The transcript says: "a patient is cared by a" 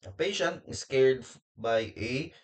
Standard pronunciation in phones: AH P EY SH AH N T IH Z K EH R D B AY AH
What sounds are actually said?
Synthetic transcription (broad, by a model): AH P EY SH AH N T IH S K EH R D B AY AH